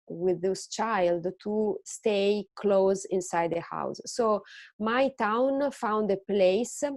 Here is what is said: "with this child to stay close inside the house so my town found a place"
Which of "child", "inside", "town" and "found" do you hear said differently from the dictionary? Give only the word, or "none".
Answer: none